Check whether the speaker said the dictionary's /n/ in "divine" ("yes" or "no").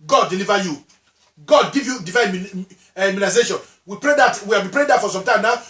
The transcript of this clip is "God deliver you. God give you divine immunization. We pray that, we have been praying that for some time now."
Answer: no